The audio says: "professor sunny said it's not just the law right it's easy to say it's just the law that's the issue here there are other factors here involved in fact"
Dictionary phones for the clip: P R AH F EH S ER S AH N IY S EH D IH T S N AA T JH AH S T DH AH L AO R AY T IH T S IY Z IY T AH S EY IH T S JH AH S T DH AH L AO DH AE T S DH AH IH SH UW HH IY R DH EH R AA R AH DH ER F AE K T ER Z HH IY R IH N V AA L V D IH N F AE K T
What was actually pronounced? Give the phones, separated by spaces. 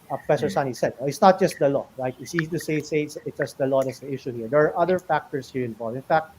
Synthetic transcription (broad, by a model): P R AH F EH S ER S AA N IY S EH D IH T S N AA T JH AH S T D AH L AO R AY T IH S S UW S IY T S EY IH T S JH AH S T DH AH L AO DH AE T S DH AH IH SH UW HH IY R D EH R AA R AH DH ER F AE K T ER S HH IY R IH N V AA L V IH N F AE K T